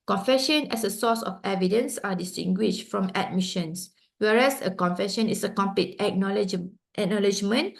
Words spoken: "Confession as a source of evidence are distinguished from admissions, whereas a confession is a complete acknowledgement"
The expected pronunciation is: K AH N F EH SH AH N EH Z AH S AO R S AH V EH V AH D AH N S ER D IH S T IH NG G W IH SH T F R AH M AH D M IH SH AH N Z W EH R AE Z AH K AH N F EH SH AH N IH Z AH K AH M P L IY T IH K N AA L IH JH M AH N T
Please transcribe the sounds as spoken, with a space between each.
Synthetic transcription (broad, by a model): K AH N F EH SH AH N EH S AH S AO S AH F EH V AH D AH N S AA D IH S T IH NG G W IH SH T F R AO M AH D M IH SH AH N S W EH R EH S AH K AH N F EH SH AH N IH S AH K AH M P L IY T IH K N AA L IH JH M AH N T